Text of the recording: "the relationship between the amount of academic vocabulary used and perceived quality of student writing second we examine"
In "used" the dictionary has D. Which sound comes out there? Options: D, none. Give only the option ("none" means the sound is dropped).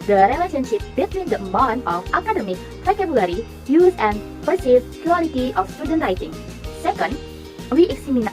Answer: none